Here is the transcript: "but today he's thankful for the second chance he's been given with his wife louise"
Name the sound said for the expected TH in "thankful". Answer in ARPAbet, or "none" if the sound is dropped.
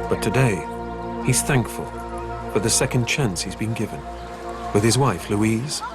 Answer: TH